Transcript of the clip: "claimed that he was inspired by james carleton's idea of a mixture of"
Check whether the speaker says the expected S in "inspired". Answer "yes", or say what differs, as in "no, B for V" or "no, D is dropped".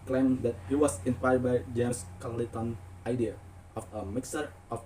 no, S is dropped